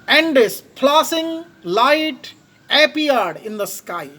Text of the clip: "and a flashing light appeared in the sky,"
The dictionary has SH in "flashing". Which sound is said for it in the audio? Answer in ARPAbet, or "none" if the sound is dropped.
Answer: S